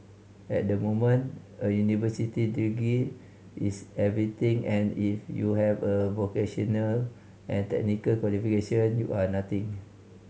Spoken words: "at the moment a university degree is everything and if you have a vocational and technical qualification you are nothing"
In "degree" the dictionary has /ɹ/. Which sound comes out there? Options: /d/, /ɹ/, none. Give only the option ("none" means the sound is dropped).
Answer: none